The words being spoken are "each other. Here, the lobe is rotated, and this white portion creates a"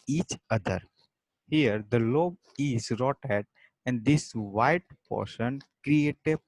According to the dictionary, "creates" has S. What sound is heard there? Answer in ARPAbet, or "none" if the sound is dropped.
none